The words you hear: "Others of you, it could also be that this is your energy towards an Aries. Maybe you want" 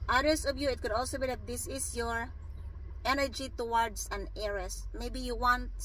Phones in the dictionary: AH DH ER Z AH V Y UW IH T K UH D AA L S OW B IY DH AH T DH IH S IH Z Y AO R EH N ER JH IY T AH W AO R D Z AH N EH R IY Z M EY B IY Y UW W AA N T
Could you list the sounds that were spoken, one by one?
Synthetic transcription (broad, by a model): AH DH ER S AH V Y UW IH T K UH D AA L S OW B IY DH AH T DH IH S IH S Y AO R EH N ER JH IY T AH W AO R D S AH N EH R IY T M EY B IY Y UW W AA N T